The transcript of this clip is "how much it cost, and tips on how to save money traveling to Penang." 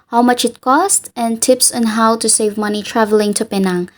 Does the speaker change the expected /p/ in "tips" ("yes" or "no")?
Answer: no